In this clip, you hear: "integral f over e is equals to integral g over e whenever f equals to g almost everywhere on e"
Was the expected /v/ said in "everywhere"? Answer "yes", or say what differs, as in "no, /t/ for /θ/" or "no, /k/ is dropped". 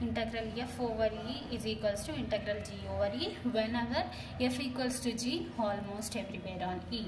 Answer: no, /p/ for /v/